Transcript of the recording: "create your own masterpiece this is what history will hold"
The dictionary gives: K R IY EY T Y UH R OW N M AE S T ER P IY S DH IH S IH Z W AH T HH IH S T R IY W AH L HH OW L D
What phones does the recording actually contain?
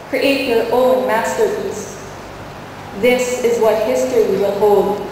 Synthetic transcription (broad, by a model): K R IY EY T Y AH R OW N M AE S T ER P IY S DH IH S IH Z W AH T HH IH S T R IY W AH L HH OW L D